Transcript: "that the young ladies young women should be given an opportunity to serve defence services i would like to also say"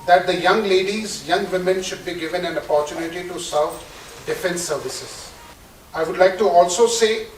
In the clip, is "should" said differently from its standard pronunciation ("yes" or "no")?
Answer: no